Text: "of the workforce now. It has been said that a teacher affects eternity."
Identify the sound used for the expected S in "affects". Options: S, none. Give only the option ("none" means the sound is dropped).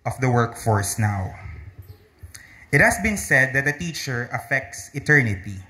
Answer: S